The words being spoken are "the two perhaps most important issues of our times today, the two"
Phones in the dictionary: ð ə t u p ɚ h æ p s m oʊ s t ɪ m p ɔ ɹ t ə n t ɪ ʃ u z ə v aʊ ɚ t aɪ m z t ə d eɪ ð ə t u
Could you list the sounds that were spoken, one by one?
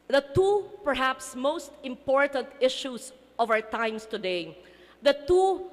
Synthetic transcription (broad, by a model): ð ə t u p ɚ h æ p s m oʊ s t ɪ m p ɔ ɹ t ə n t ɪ ʃ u s ə v aʊ ɚ t aɪ m s t ə d eɪ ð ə t u